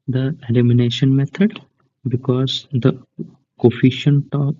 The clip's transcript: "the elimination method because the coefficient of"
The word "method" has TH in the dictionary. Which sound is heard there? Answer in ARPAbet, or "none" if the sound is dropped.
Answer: T